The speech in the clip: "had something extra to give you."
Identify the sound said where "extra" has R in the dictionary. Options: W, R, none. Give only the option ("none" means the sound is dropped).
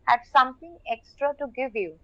R